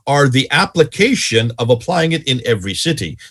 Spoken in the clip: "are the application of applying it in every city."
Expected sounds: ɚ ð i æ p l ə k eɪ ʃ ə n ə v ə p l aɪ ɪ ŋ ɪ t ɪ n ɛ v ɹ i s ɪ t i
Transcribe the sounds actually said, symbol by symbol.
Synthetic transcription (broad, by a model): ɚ ð i æ p l ə k eɪ ʃ ə n ə v ə p l aɪ ɪ ŋ ɪ t ɪ n ɛ v ɹ i s ɪ t i